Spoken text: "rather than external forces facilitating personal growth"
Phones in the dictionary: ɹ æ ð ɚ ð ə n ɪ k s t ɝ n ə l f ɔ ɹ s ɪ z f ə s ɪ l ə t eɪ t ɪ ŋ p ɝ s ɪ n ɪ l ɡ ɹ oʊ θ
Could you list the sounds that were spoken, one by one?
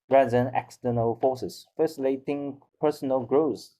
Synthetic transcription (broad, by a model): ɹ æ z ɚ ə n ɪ k s t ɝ n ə l f ɔ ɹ s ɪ s f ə s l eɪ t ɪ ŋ p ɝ s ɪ n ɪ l ɡ ɹ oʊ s